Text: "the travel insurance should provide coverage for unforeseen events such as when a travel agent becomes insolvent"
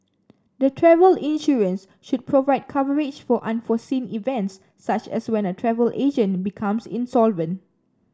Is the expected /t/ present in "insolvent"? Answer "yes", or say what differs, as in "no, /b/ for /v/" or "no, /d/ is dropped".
yes